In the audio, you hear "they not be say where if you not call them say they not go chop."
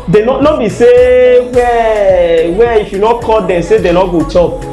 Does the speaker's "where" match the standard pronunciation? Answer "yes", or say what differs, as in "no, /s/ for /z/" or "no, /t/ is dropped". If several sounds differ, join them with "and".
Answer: no, /w/ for /ɹ/